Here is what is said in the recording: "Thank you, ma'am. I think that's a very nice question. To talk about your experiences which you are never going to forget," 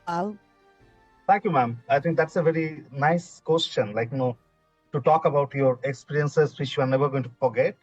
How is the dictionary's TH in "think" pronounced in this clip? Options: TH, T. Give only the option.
T